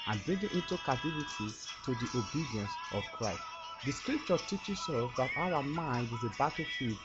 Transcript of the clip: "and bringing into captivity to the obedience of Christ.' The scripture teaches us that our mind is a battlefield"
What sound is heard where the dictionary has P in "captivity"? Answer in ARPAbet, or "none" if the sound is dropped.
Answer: none